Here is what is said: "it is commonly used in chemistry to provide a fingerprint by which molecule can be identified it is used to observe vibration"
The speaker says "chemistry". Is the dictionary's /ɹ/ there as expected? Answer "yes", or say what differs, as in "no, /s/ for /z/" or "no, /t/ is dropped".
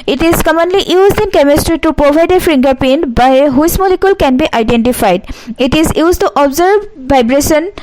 yes